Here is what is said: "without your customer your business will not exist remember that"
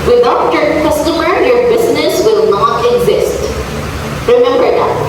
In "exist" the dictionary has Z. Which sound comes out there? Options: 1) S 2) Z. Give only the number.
2